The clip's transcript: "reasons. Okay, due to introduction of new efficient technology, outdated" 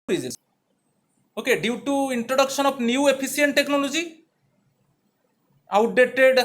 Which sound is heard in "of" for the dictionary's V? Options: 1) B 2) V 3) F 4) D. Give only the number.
1